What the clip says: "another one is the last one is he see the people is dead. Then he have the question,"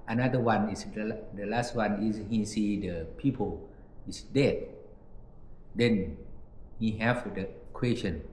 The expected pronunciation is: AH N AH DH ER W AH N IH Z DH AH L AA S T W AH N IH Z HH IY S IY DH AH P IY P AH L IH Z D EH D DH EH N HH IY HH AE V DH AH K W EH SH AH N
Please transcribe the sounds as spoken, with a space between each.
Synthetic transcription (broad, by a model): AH N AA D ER W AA N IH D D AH L AA S T W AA N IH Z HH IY S IY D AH P IY P AH L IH S D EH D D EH N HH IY HH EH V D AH K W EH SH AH N